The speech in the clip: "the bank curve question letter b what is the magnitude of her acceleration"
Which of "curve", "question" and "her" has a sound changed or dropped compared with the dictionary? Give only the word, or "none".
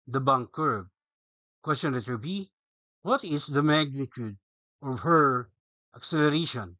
curve